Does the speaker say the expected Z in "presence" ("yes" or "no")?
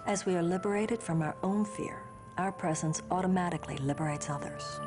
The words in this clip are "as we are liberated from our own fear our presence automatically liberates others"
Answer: yes